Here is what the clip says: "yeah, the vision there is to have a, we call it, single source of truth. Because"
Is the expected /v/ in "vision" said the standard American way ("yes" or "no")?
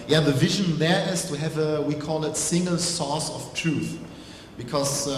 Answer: yes